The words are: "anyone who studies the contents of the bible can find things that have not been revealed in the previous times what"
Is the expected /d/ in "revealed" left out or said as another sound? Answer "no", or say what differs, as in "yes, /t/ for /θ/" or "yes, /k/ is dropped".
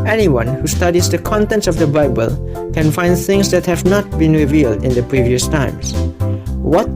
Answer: no